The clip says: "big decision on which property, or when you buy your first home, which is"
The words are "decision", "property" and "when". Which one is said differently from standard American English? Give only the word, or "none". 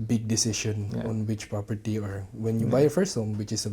decision